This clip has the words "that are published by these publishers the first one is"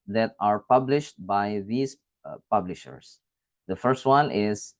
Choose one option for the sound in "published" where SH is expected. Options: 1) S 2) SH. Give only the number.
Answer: 2